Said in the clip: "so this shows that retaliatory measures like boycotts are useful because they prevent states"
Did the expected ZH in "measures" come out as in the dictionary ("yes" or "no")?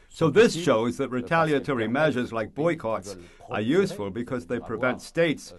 yes